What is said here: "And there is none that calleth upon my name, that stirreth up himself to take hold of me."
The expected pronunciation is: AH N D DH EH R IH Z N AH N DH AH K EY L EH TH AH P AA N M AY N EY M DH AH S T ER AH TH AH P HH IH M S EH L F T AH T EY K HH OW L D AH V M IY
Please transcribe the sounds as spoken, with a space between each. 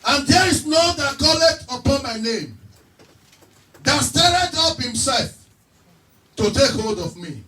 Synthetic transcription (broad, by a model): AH N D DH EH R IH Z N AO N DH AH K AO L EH T AH P AA N M AY N EY M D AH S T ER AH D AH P HH IH M S EH L F T AH T EY K HH OW L D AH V M IY